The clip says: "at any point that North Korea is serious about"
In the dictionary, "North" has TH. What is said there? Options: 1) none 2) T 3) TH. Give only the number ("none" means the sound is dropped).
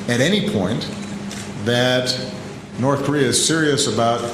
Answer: 3